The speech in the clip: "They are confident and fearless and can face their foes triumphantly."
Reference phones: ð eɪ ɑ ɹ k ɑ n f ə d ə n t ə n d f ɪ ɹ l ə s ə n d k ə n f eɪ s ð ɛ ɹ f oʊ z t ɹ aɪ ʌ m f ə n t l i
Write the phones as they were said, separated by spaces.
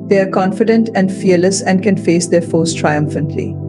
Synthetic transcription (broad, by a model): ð eɪ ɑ ɹ k ɑ n f ə d ə n t ə n d f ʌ ɹ l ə s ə n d k ə n f eɪ s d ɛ ɹ f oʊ s t ɹ aɪ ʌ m f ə n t l i